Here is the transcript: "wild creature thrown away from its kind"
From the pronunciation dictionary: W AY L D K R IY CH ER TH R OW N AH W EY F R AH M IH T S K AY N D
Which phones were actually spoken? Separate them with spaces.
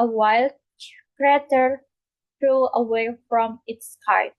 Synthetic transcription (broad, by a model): W AY L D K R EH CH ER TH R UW AH W EY F R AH M IH T S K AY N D